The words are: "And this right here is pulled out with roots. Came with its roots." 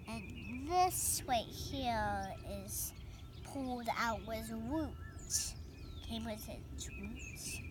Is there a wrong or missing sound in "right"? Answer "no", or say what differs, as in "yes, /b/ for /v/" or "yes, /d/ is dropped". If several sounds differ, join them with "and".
yes, /w/ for /ɹ/